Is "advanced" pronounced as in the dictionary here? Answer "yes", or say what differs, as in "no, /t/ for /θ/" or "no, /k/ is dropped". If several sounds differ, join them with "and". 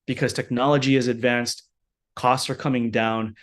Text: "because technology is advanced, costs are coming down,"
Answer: yes